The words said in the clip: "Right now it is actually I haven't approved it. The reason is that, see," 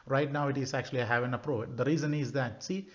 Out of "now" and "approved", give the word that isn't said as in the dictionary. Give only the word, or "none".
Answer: approved